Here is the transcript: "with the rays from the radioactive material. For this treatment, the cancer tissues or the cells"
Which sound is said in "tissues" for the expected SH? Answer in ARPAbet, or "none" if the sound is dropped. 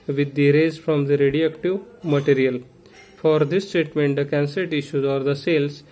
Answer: SH